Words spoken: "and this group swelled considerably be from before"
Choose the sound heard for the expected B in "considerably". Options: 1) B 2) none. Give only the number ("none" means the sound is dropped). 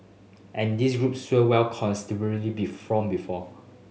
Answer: 2